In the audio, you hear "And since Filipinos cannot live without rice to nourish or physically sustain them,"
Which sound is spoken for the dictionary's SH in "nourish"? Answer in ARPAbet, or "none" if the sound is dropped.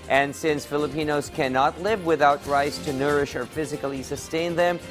SH